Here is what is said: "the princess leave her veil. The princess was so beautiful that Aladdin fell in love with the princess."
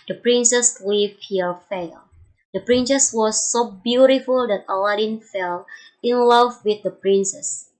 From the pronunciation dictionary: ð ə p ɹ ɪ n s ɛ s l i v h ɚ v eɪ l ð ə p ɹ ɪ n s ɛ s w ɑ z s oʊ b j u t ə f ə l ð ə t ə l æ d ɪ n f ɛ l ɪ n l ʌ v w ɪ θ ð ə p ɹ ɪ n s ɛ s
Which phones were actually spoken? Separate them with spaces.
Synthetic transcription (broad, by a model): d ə p ɹ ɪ n s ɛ s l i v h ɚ f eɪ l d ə p ɹ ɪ n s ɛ s w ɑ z s oʊ b j u t ə f ə l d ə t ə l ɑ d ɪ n f ɛ l ɪ n l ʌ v w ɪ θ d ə p ɹ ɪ n s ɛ s